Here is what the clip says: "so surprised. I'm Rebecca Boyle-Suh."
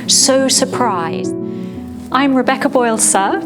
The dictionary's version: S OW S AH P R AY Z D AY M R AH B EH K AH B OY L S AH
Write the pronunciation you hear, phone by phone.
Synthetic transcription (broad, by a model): S OW S AH P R AY Z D AY M R AH B EH K AH B OY L S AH